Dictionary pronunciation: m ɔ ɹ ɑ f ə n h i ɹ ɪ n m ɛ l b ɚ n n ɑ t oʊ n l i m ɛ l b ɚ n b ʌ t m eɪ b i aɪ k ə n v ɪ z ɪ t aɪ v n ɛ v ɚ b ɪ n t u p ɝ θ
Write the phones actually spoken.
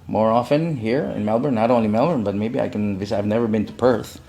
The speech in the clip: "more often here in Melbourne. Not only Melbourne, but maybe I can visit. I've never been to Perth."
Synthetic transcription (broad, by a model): m ɔ ɹ ɑ f ə n h i ɹ ɪ n m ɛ l b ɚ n n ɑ t oʊ n l i m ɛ l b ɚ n b ʌ t m eɪ b i aɪ k ə n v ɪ s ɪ ɪ v n ɛ v ɚ b ɪ n t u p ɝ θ